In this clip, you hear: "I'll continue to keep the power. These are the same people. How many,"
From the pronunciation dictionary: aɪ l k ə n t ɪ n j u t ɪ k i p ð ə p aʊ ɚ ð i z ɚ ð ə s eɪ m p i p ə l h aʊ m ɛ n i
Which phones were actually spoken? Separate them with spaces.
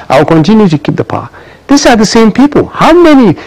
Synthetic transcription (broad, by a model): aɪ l k ə n t ɪ n j u t ɪ k i p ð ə p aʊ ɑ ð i s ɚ ð ə s eɪ m p i p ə l h aʊ m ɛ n i